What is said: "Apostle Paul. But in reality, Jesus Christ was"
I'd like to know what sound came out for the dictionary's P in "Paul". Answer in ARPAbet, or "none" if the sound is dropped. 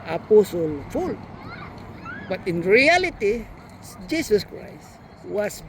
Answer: F